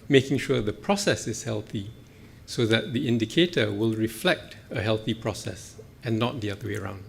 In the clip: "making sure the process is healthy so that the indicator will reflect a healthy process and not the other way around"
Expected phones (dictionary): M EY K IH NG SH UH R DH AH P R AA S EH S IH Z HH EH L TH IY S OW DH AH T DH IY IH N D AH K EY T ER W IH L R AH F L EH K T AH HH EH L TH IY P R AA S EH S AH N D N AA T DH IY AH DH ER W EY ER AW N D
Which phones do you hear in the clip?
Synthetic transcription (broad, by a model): M EY K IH NG SH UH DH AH P R AA S EH S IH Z HH EH L TH IY S OW DH AH T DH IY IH N D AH K EY T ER W IH L R AH F L EH K T AH HH EH L TH IY P R AA S EH S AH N N AA T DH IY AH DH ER W EY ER AW N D